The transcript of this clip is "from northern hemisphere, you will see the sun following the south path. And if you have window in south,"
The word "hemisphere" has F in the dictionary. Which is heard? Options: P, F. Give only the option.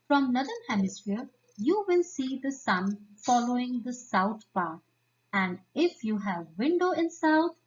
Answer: F